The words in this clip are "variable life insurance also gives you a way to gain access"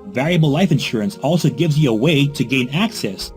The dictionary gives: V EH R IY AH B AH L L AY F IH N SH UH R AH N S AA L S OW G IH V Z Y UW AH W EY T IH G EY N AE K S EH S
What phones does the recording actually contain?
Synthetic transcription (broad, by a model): V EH R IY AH B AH L L AY F IH N SH UH R AH N S AA L S OW G IH V Z Y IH AH W EY T IH G EY N AE K S EH S